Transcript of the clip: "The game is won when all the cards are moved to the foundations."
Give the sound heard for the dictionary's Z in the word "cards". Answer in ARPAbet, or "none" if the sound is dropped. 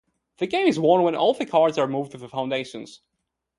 Z